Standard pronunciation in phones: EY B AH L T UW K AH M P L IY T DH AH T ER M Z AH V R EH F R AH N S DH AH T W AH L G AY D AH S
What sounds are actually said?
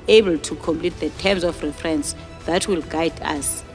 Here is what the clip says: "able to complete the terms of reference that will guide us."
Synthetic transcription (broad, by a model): EY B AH L T UW K AH M P L IY T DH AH T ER M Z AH F R EH F R AH N S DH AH T W AH L G AY D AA S